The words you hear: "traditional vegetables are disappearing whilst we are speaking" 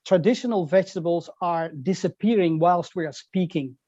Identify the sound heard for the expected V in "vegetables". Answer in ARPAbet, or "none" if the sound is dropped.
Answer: V